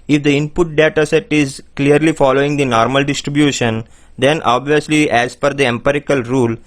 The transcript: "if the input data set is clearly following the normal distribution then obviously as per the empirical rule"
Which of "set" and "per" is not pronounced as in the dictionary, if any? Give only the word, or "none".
per